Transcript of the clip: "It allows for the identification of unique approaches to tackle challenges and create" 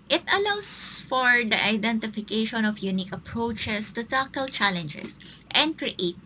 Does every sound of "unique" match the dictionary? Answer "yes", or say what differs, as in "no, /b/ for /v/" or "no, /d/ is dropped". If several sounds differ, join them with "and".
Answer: yes